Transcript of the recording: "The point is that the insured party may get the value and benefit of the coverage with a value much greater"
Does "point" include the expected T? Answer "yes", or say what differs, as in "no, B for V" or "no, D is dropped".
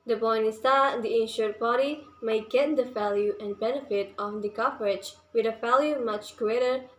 no, T is dropped